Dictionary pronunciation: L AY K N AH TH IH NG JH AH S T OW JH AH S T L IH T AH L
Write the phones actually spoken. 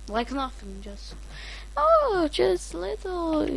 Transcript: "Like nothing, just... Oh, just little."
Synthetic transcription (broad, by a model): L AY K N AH F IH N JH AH S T OW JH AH S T L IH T L